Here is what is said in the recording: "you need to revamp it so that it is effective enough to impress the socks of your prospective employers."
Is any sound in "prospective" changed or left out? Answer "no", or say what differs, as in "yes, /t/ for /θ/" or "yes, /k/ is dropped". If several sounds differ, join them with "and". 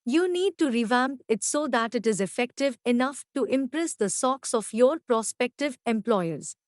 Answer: no